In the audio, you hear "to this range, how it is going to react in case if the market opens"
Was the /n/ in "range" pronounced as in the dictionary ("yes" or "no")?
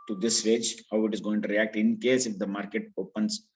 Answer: no